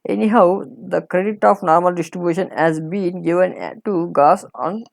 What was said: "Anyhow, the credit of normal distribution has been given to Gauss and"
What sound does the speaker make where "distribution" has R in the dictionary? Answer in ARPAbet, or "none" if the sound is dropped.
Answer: R